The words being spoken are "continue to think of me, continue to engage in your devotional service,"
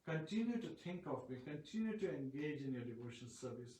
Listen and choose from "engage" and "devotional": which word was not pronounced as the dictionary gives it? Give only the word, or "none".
devotional